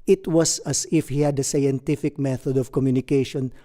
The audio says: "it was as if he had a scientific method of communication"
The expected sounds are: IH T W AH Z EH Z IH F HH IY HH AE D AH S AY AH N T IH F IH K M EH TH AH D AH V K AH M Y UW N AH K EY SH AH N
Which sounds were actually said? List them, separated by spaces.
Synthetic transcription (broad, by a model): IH T W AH S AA S IH F HH IY HH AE D AH S AY AH N T IH F IH K M EH TH AH D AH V K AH M Y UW N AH K EY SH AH N